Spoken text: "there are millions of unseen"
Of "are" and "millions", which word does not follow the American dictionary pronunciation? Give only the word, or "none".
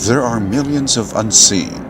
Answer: none